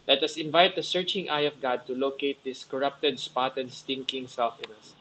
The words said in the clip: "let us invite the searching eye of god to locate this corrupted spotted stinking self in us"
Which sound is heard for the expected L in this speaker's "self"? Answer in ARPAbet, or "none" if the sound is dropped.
L